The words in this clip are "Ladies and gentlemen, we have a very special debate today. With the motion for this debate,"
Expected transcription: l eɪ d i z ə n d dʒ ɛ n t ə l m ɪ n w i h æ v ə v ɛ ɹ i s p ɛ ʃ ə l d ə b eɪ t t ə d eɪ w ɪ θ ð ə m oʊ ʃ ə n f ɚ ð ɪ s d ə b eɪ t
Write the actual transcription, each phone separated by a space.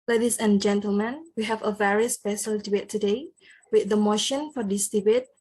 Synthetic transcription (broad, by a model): l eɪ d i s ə n dʒ ɛ n t ə l m ɪ n w i h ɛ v ə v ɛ ɹ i s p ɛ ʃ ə l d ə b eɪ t t ə d eɪ w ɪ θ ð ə m oʊ ʃ ə n f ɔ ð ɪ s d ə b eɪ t